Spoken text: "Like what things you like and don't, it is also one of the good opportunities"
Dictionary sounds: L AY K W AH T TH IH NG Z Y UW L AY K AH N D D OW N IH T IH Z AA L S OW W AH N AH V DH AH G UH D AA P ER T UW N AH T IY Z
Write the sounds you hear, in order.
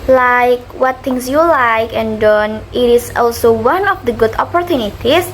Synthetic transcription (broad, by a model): L AY K W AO T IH NG S Y UW L AY K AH N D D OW N IH T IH S AA L S OW W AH N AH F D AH G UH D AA P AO T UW N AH T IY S